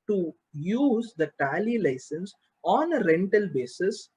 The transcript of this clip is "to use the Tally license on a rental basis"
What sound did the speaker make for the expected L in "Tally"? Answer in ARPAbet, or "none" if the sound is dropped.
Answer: L